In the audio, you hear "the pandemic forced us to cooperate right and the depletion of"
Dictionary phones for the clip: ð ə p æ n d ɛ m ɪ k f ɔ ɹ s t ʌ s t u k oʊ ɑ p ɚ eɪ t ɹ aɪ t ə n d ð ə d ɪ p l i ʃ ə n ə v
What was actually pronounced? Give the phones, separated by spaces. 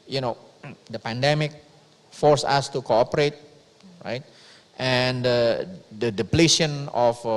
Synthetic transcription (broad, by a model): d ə p æ n d ɛ m ɪ k f ɔ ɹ s ʌ s t u k oʊ ɑ p ɚ eɪ t ɹ aɪ t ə n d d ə d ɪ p l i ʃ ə n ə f